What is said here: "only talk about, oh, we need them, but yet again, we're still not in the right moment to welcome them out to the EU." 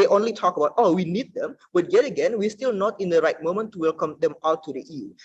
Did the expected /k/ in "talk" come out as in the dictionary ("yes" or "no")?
yes